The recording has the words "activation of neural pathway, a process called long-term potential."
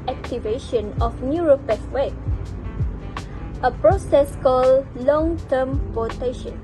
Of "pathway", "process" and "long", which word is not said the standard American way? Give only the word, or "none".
pathway